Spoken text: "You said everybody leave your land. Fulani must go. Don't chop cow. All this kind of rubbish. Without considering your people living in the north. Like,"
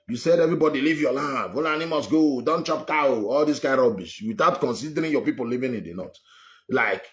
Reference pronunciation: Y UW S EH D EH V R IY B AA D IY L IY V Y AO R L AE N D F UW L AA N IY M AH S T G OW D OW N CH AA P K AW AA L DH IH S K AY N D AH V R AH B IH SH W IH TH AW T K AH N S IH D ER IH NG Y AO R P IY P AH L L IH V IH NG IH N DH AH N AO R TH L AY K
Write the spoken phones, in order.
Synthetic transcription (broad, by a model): Y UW S EH D EH V R IY B AA D IY L IY V Y AO L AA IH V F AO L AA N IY M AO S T G OW D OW N CH AA P K AW AA L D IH S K AY D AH B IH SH W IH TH AW T K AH N S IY D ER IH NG Y AO P IY P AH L L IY V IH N IH N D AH N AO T L AY K